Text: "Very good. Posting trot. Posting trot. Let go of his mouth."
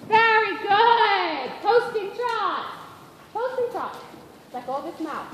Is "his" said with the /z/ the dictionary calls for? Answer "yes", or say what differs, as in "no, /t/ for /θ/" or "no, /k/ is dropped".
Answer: no, /s/ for /z/